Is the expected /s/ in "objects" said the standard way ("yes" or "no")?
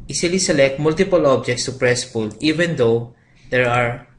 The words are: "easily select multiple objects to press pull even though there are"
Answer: yes